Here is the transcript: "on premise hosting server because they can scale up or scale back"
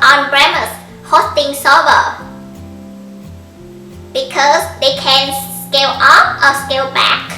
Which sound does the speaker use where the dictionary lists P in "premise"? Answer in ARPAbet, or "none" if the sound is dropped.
B